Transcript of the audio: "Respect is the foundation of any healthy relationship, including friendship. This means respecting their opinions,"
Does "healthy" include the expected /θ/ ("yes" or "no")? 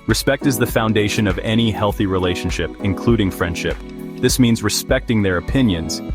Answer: yes